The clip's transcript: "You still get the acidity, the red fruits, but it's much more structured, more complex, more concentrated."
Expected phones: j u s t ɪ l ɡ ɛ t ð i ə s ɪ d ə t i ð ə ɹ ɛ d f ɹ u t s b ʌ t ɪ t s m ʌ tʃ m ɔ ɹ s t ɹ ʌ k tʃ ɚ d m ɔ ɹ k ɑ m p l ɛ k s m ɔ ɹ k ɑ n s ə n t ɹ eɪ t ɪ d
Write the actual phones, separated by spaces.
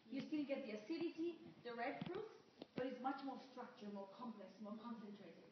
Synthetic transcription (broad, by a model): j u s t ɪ n ɡ ɛ t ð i ə s ɪ d ə t i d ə ɹ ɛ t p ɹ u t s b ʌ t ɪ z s m ʌ tʃ m ɔ ɹ s t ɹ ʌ k tʃ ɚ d m ɔ ɹ k ɑ m p l ɛ k s m ɔ ɹ k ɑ n s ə n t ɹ eɪ t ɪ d